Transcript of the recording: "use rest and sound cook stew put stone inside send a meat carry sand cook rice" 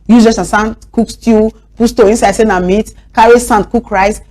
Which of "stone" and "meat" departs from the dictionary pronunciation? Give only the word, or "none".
stone